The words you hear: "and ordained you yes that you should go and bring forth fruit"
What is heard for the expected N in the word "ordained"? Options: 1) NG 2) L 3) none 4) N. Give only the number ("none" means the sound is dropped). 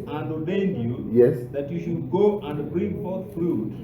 4